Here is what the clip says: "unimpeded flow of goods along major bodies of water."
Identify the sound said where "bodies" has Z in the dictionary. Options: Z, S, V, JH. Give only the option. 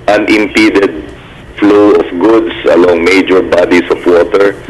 S